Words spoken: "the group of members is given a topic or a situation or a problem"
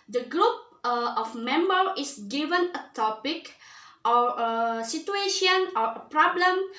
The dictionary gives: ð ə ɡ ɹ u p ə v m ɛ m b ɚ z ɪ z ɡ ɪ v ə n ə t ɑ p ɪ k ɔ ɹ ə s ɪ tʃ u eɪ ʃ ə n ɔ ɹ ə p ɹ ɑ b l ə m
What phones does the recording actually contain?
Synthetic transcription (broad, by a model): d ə ɡ ɹ u p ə f m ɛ m b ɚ ɪ s ɡ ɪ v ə n ə t ɑ p ɪ k ɔ ɹ ə s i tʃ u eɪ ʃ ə n ɔ ɹ ə p ɹ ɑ b l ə m